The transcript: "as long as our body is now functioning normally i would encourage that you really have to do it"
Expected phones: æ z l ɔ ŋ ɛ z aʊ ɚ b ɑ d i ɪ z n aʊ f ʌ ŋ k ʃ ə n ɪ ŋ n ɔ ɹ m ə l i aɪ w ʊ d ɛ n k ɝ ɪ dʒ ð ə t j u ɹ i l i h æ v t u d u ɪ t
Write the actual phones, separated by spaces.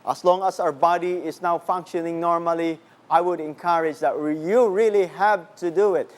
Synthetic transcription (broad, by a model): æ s l ɔ ŋ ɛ s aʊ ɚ b ɑ d i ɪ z n aʊ f ʌ ŋ k ʃ ə n ɪ ŋ n ɔ ɹ m ə l i aɪ w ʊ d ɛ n k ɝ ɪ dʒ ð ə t j u ɹ i l i h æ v t u d u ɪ t